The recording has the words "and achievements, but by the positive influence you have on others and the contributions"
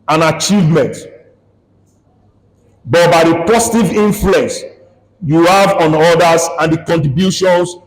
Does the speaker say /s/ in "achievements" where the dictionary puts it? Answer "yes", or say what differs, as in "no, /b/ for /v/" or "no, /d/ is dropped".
no, /s/ is dropped